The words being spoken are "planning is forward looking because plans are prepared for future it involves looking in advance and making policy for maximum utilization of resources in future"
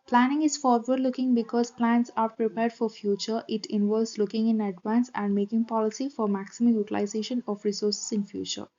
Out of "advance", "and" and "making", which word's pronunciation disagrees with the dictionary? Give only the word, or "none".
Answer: none